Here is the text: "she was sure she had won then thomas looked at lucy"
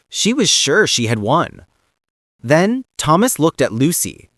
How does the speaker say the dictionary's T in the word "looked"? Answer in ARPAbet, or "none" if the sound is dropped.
T